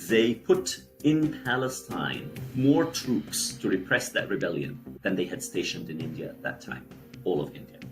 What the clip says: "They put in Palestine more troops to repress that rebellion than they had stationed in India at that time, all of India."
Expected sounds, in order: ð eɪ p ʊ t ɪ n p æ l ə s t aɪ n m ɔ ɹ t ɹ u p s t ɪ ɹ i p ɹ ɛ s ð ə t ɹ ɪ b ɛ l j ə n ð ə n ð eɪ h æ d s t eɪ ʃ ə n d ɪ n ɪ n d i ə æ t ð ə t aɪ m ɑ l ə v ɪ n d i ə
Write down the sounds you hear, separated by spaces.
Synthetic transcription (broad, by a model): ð eɪ p ʊ t ɪ n p æ l ə s t aɪ n m ɔ ɹ t ɹ u p s t ɪ ɹ i p ɹ ɛ s ð ə t ɹ ɪ b ɛ l j ə n ð ə n ð eɪ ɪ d s t eɪ ʃ ə n d ɪ n ɪ n d i ə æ t ð ə t aɪ m ɑ l ə v ɪ n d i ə